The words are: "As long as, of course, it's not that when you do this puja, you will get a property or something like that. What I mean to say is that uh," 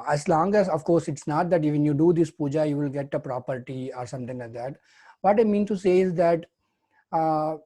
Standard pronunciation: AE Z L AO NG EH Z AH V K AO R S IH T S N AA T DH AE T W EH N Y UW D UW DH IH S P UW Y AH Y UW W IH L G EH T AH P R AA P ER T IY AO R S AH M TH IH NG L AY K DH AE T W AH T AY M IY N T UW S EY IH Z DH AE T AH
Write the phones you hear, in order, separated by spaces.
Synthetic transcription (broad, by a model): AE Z L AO NG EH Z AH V K AO R S IH T S N AA T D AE T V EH N Y UW D UW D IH S P UW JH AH Y UW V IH L G EH T AH P R AA P ER T IY AO R S AH M T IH NG L AY K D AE T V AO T AY M IY N T UW S EY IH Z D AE T